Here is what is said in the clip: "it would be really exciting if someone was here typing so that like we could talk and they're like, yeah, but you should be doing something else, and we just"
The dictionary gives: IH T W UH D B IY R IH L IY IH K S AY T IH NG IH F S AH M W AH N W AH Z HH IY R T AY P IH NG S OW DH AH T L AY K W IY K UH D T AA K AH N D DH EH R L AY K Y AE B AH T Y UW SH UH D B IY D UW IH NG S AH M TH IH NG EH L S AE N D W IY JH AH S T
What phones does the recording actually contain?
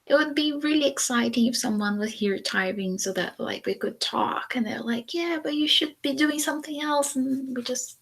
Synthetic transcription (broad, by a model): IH T W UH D B IY R IH L IY IH K S AY T IH NG IH F S AH M W AH N W AH Z HH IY R T AY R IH NG S OW DH AH T L AY K W IY K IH D T AA K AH N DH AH R L AY K Y AE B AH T Y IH SH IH D B IY D UW IH NG S AH M TH IH NG EH L S N W IY JH AH S T